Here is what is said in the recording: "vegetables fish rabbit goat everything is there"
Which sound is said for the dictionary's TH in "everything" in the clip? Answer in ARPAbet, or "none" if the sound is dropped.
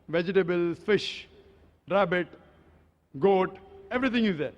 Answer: T